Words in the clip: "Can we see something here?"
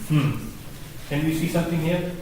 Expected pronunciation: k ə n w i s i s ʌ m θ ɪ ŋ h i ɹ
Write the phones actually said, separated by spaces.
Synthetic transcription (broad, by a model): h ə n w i s i s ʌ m t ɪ ŋ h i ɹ